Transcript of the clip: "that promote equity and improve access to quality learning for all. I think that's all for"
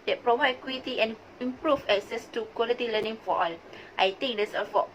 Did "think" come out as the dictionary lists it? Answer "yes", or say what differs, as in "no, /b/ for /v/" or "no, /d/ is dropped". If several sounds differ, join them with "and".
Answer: no, /t/ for /θ/